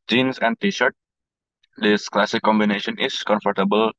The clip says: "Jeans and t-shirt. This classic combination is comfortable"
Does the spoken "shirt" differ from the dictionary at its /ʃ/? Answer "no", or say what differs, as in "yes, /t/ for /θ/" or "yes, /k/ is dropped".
no